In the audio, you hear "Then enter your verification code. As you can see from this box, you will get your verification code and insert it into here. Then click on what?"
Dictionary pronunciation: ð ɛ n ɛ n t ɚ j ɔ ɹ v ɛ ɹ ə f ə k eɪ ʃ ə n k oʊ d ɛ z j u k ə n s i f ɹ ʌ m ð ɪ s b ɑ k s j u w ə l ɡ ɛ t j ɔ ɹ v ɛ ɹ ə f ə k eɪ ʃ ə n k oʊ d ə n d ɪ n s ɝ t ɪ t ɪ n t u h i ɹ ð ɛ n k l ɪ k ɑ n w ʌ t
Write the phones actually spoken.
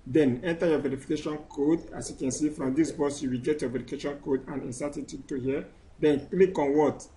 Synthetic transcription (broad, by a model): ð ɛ n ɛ n t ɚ j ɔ v ɛ ɹ ə f ə k eɪ ʃ ə n k oʊ d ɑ s j u k ə n s i f ɹ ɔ m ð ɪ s b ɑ s j u w ə l ɡ ɛ t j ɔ v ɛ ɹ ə k eɪ ʃ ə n k oʊ d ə n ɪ n s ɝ t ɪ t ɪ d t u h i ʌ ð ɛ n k l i k ɑ n w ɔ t